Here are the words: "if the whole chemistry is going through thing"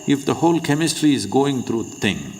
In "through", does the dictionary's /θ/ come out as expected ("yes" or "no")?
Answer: no